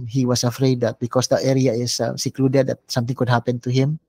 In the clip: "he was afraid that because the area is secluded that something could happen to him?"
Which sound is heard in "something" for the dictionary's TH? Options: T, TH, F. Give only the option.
T